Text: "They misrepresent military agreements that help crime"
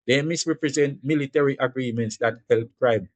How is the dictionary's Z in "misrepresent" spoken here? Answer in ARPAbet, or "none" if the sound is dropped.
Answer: Z